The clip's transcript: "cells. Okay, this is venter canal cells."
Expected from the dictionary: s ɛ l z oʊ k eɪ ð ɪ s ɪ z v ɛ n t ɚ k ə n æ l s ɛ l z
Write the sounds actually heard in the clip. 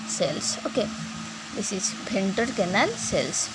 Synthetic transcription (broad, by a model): s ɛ l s oʊ k eɪ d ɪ s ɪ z b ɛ n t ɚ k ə n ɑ l s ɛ l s